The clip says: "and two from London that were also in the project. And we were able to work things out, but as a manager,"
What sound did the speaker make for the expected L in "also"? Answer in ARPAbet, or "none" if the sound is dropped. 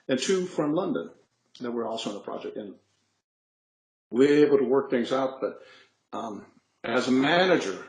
L